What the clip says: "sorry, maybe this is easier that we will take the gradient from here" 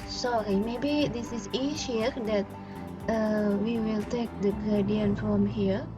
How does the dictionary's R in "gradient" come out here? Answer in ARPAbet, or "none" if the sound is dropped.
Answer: none